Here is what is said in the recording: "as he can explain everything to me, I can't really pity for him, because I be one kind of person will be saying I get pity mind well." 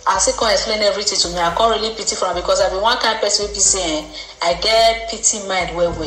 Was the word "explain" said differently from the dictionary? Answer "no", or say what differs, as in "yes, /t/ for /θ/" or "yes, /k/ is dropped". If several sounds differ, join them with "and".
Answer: no